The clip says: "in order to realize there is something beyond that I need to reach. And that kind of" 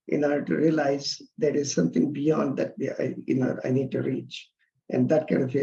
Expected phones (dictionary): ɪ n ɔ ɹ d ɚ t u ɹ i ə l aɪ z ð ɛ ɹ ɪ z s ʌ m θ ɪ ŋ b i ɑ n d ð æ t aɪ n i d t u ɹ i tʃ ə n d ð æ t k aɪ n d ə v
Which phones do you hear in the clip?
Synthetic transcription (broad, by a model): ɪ n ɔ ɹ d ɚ t u ɹ i ə l aɪ z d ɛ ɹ ɪ z s ʌ m t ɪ ŋ b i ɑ n d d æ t aɪ n i d t u ɹ i tʃ ə n d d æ t k aɪ n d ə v